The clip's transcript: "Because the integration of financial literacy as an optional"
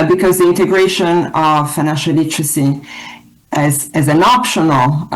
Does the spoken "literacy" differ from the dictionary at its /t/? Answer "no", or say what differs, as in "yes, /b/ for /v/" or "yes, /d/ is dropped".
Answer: yes, /s/ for /t/